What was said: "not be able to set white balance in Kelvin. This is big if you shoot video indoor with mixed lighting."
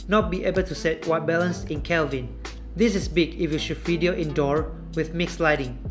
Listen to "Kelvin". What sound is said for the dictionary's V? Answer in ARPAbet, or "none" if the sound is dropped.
V